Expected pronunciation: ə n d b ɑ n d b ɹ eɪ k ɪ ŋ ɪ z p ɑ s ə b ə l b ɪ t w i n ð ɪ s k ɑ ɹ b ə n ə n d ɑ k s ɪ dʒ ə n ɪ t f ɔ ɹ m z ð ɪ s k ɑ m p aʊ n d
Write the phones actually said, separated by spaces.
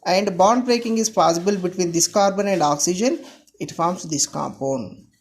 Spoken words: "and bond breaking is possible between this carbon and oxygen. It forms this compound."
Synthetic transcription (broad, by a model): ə n d b ɑ n d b ɹ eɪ k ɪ ŋ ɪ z p ɑ s ə b ə l b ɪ t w i n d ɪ s k ɑ ɹ b ə n ə n d ɑ k s ɪ dʒ ə n ɪ t f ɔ ɹ m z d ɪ s k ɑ m p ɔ n